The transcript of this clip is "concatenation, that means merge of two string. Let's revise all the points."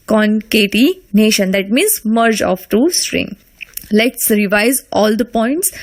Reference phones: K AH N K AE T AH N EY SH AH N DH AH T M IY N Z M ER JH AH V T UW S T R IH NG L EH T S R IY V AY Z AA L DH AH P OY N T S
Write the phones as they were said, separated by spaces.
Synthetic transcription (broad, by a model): K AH N K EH T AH N EY SH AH N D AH T M IY N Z M ER JH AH F T UW S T R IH NG L EH T S R IY V AY Z AA L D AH P OY N T S